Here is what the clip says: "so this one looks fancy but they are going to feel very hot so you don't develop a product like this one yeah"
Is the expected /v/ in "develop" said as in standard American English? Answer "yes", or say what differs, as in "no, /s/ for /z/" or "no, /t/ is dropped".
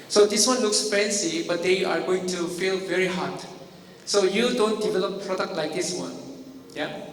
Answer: yes